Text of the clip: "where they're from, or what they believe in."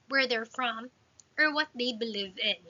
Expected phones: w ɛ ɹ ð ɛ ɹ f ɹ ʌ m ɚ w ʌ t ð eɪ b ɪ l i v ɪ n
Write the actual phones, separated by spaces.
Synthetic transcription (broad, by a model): w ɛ ɹ ð ɛ ɹ f ɹ ʌ m ɚ w ʌ t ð eɪ b ɪ l i v ɪ n